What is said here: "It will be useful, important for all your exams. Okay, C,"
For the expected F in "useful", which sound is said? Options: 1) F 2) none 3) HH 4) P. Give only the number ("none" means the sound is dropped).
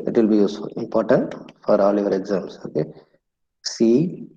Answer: 2